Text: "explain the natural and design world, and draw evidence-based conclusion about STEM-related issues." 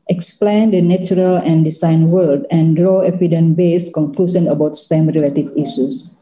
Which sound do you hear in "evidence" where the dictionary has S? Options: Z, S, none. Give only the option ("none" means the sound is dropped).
none